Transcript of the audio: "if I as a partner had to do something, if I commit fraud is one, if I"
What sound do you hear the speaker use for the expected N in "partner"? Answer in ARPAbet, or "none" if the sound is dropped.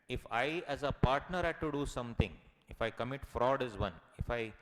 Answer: N